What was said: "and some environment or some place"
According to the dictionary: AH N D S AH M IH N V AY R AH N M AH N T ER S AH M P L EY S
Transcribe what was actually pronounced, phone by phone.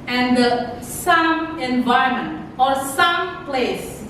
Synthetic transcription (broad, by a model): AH N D S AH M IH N V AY AH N M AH N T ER S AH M P L EY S